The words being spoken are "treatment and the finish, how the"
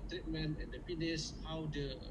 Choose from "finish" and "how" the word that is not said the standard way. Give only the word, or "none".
finish